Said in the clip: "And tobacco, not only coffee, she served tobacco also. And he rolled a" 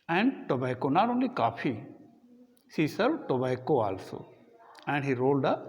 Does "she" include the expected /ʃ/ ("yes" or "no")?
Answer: no